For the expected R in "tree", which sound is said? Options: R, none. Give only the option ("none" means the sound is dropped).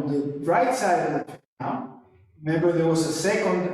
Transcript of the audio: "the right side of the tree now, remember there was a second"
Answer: none